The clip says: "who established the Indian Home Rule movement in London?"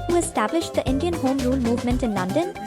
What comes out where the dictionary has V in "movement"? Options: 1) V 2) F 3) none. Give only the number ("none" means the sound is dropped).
1